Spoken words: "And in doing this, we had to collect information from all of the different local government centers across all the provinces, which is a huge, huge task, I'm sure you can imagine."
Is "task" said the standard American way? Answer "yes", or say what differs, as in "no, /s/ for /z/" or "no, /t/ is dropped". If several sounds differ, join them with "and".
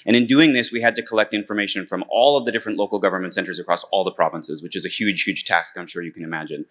yes